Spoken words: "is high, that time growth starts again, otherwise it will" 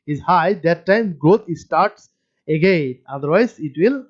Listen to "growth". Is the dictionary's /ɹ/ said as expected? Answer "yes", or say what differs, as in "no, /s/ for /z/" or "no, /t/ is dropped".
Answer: no, /ɹ/ is dropped